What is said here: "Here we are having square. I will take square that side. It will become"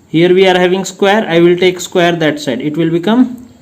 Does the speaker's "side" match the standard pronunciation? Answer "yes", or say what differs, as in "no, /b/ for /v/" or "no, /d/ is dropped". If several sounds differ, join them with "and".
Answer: yes